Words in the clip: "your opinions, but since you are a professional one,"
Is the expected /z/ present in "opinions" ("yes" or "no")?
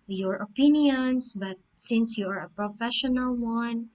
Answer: no